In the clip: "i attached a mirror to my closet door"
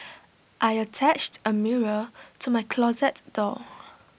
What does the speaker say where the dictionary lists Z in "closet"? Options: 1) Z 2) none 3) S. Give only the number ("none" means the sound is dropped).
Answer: 1